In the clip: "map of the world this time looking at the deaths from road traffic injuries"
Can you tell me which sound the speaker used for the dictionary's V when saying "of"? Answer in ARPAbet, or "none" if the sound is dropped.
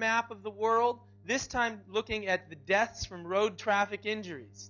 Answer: V